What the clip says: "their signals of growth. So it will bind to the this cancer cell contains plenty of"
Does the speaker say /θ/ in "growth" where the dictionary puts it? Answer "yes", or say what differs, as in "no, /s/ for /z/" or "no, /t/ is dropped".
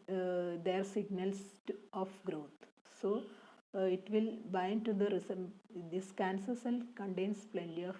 no, /t/ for /θ/